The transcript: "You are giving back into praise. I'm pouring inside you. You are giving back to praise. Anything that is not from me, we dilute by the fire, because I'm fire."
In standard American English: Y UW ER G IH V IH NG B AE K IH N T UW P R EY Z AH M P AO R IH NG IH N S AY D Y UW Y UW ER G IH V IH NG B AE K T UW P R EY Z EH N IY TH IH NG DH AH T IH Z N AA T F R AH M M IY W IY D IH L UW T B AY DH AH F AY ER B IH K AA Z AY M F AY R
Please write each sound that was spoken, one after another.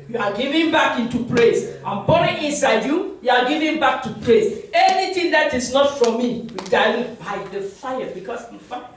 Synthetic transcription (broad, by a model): Y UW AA G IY V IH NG B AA K IH N T UW P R EY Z AH M B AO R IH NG IH N S AY D Y UW Y UW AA G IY V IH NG B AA K T UW P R EY S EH N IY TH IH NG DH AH T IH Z N AA T F R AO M M IY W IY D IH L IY B AY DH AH F AY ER B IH K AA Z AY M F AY